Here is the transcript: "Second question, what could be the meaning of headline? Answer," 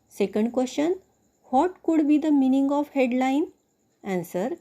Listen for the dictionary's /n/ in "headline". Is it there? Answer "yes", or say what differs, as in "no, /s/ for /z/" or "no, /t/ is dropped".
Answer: yes